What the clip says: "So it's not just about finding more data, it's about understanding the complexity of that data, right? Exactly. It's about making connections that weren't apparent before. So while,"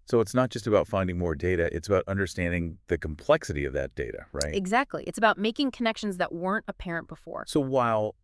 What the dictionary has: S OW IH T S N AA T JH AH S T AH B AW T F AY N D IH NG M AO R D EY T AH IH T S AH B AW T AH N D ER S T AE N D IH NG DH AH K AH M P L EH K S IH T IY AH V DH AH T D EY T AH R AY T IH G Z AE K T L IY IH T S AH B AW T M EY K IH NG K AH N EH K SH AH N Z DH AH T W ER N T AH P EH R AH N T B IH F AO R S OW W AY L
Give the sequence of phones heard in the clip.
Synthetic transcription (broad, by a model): S OW IH T S N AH T JH AH S T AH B AW T F AY N D IH NG M AO R D EY T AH IH T S AH B AW T AH N D ER S T AE N D IH NG DH AH K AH M P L EH K S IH T IY AH V DH AH T D EY T AH R AY T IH G Z AE K T L IY IH T S AH B AW T M EY K IH NG K AH N EH K SH AH N Z DH AH T W ER N T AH P EH R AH N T B IH F AO R S OW W AY L